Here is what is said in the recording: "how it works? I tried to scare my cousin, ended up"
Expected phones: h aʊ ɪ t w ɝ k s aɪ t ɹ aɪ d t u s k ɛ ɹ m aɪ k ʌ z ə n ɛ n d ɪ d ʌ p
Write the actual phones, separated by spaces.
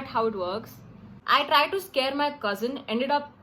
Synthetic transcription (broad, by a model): h aʊ ɪ t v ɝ k s aɪ t ɹ aɪ d t u s k ɛ ɹ m aɪ k ʌ z ə n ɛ n d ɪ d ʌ p